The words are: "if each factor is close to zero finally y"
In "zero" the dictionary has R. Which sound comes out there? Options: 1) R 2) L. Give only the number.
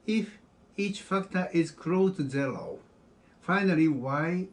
2